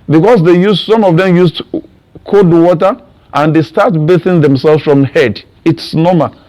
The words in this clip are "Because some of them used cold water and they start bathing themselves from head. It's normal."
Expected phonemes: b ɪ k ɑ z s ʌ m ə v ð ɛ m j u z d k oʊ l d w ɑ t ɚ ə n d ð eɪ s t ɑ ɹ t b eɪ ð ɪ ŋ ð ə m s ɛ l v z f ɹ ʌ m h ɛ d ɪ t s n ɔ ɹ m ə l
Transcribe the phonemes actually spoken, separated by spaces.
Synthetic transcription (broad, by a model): b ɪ k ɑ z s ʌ m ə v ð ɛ m j u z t k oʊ d w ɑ t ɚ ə n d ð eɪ s t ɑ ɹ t b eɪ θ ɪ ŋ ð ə m s ɛ l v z f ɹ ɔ m h ɛ d ɪ t s n ɔ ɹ m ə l